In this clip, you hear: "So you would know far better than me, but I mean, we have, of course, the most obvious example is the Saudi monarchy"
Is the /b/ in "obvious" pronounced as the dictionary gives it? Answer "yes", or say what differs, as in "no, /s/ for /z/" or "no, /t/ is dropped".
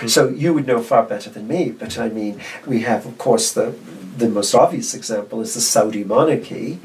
yes